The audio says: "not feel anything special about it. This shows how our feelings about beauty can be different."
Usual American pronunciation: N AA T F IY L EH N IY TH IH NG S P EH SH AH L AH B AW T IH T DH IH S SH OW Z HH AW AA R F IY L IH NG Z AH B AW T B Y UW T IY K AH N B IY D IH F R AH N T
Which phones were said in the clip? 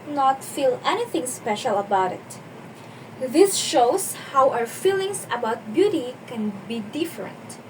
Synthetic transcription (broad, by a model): N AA T F IY L EH N IY TH IH NG S P EH SH AH L AH B AW T IH T DH IH S SH OW S HH AW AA W F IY L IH NG S AH B AW T B Y UW T IY K AH N B IY D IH F R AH N T